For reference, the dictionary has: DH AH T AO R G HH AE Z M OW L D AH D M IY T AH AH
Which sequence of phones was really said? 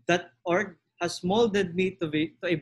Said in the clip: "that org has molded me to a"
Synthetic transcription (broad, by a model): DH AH T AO R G HH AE S M OW L D AH D M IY T AH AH